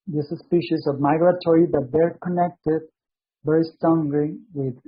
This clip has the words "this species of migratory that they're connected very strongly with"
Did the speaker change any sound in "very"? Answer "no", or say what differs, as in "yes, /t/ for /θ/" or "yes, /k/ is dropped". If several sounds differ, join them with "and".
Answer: yes, /b/ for /v/